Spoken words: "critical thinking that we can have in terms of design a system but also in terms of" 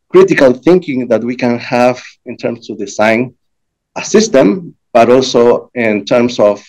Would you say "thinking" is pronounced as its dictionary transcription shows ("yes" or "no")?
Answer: yes